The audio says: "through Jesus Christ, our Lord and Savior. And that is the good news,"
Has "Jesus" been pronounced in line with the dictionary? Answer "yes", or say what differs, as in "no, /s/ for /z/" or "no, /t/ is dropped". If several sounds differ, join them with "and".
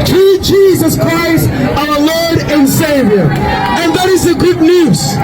yes